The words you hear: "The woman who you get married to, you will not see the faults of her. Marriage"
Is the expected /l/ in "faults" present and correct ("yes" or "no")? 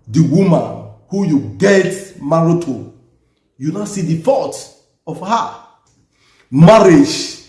no